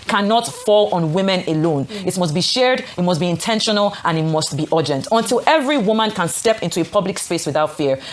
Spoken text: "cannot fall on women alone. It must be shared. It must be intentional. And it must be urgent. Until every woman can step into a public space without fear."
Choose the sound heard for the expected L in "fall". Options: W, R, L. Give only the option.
L